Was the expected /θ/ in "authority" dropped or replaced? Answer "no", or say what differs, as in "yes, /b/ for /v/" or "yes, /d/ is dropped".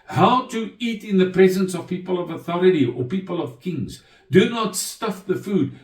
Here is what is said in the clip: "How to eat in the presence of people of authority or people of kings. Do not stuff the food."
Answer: no